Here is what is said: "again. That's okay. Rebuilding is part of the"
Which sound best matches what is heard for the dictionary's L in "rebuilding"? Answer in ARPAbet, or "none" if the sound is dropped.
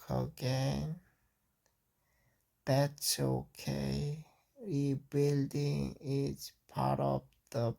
L